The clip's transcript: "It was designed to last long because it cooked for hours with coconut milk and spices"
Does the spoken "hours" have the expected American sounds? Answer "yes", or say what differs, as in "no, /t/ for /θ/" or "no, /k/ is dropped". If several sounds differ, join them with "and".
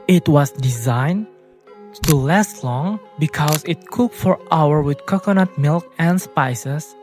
no, /z/ is dropped